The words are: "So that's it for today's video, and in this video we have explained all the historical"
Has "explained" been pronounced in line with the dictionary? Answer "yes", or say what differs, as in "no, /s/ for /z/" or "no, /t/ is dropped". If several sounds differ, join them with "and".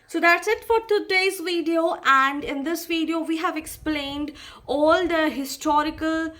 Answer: yes